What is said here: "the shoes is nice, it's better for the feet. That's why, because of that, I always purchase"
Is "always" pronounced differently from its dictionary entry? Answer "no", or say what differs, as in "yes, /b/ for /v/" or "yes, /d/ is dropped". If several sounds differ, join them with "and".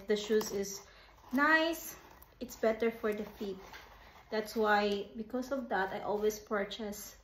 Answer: yes, /s/ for /z/